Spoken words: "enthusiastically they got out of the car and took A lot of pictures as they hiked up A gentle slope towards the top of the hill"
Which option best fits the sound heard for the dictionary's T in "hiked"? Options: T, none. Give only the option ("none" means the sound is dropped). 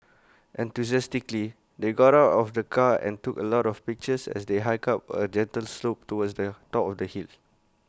none